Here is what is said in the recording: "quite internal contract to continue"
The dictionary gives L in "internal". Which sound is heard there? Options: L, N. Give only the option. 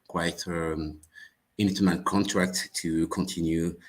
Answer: N